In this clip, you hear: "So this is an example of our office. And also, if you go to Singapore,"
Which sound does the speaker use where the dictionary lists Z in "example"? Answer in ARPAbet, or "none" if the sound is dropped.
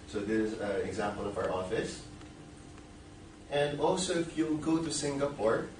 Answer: Z